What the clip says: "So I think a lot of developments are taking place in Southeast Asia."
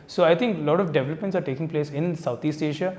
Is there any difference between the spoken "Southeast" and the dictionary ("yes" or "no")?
yes